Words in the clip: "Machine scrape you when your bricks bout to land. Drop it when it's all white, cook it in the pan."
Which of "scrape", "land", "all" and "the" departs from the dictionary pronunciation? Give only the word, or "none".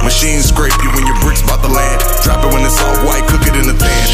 land